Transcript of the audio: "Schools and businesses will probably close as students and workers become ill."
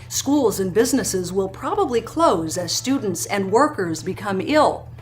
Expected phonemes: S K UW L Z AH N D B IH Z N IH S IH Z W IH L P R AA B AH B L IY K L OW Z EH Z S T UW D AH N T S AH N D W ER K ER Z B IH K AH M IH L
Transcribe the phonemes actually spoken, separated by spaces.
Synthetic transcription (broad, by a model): S K UW L Z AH N B IH Z N IH S IH Z W IH L P R AA B AH B L IY K L OW Z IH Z S T UW D N T S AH N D W ER K ER Z B IH K AH M IH L